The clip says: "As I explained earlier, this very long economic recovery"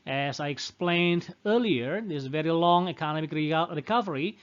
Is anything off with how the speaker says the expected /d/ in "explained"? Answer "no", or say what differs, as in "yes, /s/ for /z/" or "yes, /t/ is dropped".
no